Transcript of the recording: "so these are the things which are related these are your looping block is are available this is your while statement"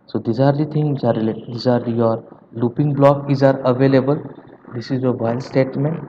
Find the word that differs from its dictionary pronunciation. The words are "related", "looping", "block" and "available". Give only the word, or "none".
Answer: related